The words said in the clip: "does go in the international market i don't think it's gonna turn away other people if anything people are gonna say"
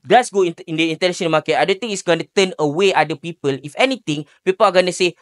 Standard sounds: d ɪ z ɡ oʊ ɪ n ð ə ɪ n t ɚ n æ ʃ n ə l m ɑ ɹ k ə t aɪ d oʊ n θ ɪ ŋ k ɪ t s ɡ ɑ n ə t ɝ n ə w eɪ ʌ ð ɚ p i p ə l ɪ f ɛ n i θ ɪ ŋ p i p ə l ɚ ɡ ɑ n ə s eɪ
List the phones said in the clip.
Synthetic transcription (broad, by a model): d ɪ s ɡ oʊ ɪ n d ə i n t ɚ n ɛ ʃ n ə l m ɑ k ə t aɪ d oʊ n t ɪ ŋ ɪ t s ɡ ɑ n ə t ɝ n ə w eɪ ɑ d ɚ p i p ə l ɪ f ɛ n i t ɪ ŋ p i p ə l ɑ ɡ ɑ n ə s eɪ